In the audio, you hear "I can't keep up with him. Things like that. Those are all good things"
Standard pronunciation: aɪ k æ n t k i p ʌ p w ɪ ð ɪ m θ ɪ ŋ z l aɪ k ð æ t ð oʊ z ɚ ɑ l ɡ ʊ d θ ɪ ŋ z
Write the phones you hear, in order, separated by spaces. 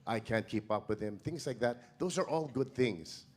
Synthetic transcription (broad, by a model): aɪ k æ n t k i p ʌ p w ɪ ð ɪ m θ ɪ ŋ z l aɪ k ð æ t ð oʊ z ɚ ɑ l ɡ ʊ d θ ɪ ŋ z